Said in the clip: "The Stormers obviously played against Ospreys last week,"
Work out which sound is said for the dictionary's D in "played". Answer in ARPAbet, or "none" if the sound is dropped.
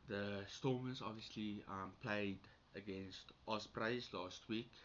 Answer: D